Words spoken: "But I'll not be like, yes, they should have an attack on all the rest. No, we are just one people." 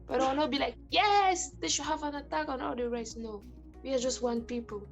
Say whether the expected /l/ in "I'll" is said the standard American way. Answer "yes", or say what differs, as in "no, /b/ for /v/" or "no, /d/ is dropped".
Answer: no, /w/ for /l/